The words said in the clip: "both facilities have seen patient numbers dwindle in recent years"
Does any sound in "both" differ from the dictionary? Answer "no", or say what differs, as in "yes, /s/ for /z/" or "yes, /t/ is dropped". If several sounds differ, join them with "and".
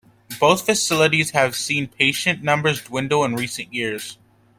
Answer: no